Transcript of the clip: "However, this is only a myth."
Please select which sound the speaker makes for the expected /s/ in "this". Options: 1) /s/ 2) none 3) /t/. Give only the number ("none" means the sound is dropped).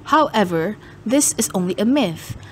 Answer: 1